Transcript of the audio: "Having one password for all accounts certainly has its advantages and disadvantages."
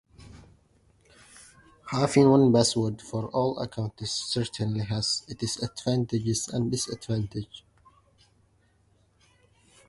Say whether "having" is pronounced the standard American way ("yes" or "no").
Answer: no